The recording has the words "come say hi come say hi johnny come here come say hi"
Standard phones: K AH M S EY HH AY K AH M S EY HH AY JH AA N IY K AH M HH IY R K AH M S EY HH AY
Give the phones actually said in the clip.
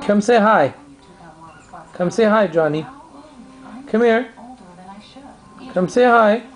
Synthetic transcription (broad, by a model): K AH M S EY HH AY K AH M S EY HH AY JH AA N IY K AH M HH IY R K AH M S EY HH AY